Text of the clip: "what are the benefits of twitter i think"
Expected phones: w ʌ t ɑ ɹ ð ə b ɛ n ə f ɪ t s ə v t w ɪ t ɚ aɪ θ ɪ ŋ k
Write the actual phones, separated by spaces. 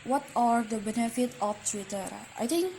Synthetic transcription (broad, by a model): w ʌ t ɑ ɹ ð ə b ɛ n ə f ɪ t ə f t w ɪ t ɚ aɪ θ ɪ ŋ k